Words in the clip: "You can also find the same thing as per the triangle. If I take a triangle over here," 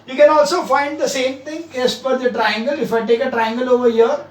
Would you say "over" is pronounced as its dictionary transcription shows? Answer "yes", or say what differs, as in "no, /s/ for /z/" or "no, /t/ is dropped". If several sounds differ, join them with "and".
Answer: yes